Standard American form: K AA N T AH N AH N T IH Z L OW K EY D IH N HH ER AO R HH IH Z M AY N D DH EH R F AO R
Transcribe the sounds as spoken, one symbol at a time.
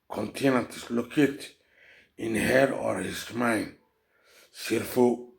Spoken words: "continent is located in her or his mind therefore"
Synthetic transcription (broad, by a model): K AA N T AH N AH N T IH S L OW K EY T IH N HH ER AO R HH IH S M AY N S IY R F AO